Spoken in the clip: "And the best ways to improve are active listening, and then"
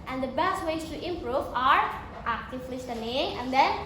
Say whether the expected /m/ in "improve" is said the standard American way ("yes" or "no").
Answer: yes